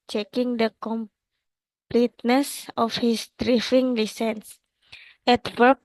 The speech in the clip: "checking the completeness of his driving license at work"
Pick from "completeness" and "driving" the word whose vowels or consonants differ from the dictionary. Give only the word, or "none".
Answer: driving